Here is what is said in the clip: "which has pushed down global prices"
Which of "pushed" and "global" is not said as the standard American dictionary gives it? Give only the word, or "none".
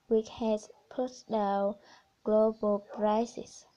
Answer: pushed